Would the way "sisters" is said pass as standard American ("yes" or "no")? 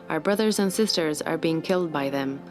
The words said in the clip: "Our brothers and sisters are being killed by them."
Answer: yes